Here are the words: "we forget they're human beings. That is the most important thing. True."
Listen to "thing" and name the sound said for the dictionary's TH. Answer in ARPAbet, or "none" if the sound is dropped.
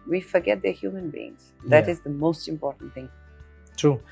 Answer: TH